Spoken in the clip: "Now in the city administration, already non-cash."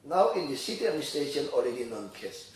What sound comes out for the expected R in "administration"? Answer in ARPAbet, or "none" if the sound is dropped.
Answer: none